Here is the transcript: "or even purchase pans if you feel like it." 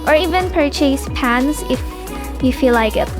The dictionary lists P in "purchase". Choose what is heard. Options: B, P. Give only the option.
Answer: P